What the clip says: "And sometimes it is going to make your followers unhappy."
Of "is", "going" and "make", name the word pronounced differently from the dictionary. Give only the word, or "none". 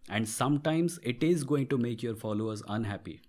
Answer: none